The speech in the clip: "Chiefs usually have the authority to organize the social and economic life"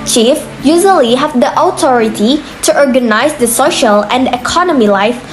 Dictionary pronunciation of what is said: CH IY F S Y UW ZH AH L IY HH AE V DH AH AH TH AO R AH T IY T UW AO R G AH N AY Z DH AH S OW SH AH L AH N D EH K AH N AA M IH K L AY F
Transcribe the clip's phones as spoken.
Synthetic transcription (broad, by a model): CH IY F Y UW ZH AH L IY HH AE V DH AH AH T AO R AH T IY T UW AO R G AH N AY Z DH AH S OW SH AH L AH N D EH K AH N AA M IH L AY F